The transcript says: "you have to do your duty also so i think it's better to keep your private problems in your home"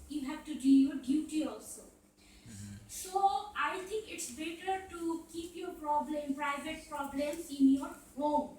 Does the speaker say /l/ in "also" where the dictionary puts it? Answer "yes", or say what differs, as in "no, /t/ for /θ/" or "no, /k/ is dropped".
yes